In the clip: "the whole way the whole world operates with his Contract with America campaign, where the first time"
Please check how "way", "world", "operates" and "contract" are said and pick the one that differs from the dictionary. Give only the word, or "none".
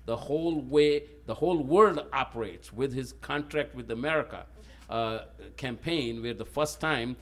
none